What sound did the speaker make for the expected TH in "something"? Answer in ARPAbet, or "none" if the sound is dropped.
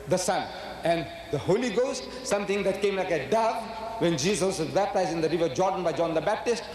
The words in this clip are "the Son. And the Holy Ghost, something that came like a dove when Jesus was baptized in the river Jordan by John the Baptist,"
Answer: T